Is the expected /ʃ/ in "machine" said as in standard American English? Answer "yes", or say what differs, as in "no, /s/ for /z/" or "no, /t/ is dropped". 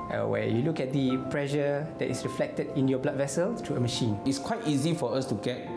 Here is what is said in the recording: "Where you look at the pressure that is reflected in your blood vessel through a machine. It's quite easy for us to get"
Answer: yes